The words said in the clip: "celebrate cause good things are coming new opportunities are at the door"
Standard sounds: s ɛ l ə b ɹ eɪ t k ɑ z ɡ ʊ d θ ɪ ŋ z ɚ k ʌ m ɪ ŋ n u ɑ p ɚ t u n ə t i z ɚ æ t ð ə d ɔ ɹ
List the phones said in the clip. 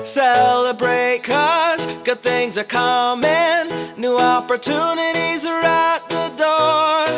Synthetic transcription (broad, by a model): s ɛ l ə b ɹ eɪ t k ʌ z ɡ ʊ d θ ɪ ŋ z ɚ k ʌ m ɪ n u ɑ p ɚ t u n ə t i z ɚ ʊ t ð ə d ɔ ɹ